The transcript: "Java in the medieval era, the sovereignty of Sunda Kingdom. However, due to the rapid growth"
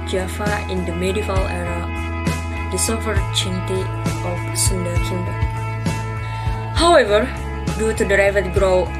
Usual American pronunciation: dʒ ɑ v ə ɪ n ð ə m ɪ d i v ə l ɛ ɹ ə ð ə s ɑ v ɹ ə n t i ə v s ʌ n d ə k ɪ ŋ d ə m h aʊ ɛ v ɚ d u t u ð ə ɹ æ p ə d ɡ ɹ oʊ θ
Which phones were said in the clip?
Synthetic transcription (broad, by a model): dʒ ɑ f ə ɪ n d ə m ɪ d i v ə l ɛ ɹ ə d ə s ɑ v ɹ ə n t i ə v s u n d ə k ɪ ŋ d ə h aʊ ɛ v ɚ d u t u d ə ɹ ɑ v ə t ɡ ɹ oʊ